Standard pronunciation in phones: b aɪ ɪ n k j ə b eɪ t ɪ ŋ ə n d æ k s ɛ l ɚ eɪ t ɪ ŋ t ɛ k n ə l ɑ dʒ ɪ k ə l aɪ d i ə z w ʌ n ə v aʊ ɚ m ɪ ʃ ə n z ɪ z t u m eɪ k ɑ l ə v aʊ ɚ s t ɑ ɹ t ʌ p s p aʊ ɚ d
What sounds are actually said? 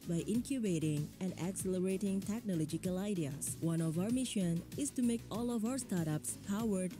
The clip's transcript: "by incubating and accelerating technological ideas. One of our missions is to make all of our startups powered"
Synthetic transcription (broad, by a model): b aɪ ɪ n k j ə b eɪ t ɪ ŋ ə n d æ k s ɛ l ɚ eɪ t ɪ ŋ t ɛ k n ə l ɑ dʒ ɪ k ə l aɪ d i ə s w ʌ n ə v aʊ ɚ m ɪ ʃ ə n ɪ s t u m eɪ k ɑ l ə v aʊ ɚ s t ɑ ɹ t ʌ p s p aʊ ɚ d